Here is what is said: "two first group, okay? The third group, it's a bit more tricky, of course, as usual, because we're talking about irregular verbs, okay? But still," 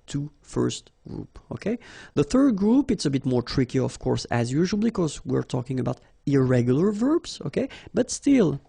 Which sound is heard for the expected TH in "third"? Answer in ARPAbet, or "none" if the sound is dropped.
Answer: TH